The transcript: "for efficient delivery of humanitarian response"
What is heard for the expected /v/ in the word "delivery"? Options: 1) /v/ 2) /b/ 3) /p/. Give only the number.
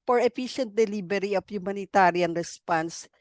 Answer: 2